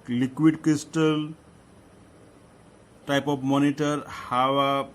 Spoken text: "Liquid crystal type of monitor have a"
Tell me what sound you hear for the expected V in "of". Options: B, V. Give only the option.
B